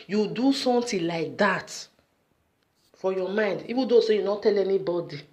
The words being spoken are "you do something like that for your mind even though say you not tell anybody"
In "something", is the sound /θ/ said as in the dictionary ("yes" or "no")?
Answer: no